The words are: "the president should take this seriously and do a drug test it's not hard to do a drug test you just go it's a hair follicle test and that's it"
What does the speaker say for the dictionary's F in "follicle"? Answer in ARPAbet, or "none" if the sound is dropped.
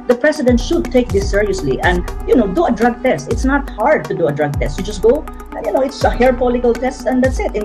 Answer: P